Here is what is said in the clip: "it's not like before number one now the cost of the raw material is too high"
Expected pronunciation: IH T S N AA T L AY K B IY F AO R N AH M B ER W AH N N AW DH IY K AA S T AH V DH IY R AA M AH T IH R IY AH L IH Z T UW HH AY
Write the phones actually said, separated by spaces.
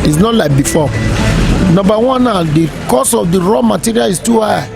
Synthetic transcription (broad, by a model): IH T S N AA T L AY K B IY F AO N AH M B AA W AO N N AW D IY K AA S AH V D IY R AA M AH T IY R IY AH L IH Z T UW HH AY